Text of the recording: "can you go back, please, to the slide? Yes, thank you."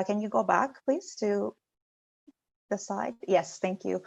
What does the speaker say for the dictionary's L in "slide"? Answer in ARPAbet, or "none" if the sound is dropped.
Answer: none